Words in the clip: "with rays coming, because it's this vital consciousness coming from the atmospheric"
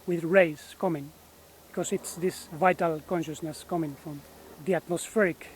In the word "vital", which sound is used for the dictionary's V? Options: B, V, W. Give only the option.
V